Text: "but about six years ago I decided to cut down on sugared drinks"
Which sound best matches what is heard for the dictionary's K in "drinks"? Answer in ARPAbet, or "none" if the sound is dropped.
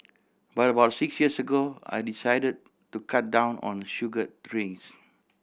none